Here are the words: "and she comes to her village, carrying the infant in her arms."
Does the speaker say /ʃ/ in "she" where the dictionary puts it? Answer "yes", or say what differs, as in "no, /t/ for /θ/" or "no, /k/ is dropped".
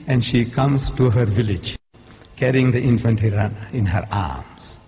yes